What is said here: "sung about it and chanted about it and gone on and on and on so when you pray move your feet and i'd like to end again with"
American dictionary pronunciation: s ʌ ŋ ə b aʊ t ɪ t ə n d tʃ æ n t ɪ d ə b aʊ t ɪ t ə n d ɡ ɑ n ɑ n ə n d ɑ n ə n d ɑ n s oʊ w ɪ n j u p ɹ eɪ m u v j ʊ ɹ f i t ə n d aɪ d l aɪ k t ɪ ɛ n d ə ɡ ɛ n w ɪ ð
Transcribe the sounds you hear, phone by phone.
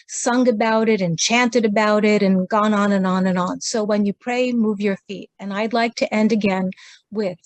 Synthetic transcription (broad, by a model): s ʌ ŋ ə b aʊ t ɪ t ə n tʃ æ n t ɪ d ə b aʊ t ɪ t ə n ɡ ɑ n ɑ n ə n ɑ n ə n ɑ n s oʊ w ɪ n j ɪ p ɹ eɪ m u v j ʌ ɹ f i t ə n aɪ d l aɪ k t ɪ ɛ n d ə ɡ ɛ n w ɪ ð